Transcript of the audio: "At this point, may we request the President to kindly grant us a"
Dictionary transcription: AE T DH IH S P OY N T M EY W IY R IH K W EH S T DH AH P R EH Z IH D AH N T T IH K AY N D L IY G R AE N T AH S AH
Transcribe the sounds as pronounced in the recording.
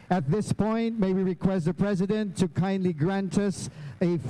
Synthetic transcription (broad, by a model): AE T DH IH S P OY N T M EY W IY R IH K W EH S T DH AH P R EH Z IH D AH N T T IH K AY N D L IY G R AE N T AH S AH